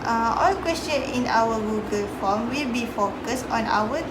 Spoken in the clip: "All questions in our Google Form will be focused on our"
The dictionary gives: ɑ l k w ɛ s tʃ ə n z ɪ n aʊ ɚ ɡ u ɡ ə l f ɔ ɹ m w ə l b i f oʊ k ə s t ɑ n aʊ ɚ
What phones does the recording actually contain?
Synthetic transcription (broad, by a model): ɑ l k w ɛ s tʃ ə n ɪ n aʊ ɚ ɡ u ɡ ə l f ɔ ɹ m w ə l b i f oʊ k ə s t ɑ n aʊ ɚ